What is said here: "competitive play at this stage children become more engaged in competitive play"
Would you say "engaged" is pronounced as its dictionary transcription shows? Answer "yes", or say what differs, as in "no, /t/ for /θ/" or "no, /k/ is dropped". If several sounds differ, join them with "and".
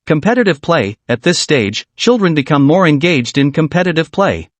yes